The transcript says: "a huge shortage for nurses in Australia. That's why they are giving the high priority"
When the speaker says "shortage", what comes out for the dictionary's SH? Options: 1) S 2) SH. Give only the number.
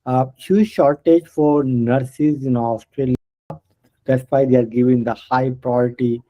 2